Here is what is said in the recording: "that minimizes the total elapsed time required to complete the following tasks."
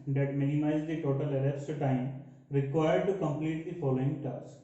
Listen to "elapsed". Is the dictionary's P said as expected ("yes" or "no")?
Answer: no